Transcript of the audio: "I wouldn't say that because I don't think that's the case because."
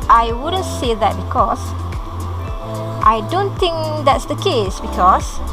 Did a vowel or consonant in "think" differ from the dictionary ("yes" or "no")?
yes